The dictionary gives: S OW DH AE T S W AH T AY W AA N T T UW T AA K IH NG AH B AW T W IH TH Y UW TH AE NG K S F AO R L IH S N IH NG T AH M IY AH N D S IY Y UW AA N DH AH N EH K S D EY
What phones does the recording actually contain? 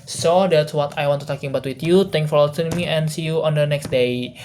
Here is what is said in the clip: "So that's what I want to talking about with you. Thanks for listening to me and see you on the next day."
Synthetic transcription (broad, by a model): S OW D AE T S W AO T AY W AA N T T UW T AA K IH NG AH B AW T W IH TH Y UW T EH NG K F AO R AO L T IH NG M IY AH N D S IY Y UW AA N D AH N EH K S D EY